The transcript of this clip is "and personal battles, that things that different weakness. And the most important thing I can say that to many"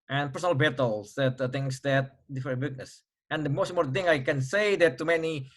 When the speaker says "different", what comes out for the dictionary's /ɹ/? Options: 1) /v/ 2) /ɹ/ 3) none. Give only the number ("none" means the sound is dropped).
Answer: 3